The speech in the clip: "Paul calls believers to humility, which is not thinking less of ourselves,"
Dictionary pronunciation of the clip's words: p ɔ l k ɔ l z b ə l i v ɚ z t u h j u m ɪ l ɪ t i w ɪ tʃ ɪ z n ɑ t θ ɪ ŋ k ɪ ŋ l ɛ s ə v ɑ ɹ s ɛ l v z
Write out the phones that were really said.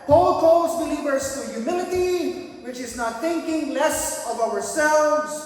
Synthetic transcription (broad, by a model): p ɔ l k ɔ l z b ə l i v ɚ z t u j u m ɪ l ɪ t i w ɪ tʃ ɪ z n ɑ t θ ɪ ŋ k ɪ ŋ l ɛ s ə v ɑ ɹ s ɛ l v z